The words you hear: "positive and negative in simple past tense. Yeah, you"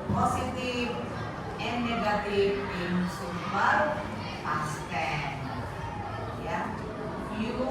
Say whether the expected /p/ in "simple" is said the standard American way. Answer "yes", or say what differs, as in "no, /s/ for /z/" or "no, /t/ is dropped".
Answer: no, /p/ is dropped